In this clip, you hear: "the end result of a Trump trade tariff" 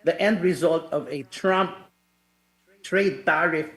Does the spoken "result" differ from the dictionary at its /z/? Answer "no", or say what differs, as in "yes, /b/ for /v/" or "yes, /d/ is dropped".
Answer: no